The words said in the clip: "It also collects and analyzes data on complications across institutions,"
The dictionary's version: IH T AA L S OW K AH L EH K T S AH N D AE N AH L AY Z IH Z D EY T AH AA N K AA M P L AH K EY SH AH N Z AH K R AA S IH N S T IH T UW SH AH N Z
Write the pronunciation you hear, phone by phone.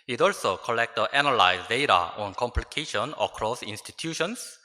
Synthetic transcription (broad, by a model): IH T AA L S OW K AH L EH K T AH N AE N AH L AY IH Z D EY T AH AA N K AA M P L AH K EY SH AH N AH K R AA S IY N S T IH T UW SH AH N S